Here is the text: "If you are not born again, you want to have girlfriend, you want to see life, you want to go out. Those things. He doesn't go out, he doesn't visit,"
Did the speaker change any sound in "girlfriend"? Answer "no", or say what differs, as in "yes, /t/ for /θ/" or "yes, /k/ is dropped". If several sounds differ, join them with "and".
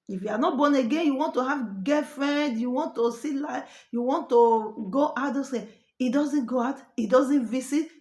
yes, /l/ is dropped